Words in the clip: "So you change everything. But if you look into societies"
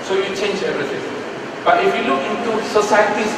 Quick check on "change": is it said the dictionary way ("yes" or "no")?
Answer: yes